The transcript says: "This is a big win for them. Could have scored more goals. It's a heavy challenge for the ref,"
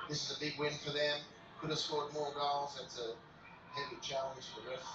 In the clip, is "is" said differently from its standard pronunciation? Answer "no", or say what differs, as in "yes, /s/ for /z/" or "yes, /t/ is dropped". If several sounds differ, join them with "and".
no